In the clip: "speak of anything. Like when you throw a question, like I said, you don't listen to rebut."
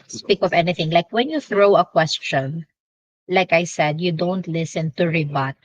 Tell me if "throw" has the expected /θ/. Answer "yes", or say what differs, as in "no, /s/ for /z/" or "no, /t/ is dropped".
yes